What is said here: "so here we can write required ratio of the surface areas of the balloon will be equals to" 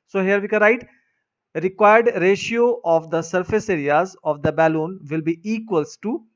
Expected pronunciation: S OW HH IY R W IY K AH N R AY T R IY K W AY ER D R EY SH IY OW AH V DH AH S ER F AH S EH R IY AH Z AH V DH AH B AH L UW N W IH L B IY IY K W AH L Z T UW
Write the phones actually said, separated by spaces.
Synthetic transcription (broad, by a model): S OW HH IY R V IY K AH R AY T R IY K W AY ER D R EY SH IY OW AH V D AH S ER F AH S EH R IY AH Z AH V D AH B AH L UW N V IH L B IY IY K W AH L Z T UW